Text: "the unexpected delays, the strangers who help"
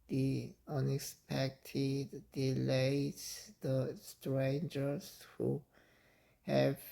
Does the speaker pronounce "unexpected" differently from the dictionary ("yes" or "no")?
no